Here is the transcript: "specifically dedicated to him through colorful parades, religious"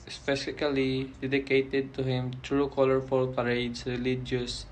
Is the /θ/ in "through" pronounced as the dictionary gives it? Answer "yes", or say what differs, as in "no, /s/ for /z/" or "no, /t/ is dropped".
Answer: no, /t/ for /θ/